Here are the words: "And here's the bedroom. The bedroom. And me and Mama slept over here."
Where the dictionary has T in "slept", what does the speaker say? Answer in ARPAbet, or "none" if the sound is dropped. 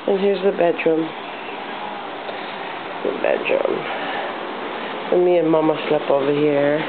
none